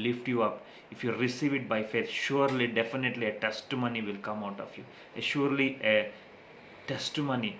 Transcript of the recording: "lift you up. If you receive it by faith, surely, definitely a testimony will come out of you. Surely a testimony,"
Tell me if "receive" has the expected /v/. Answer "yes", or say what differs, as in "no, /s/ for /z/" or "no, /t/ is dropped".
yes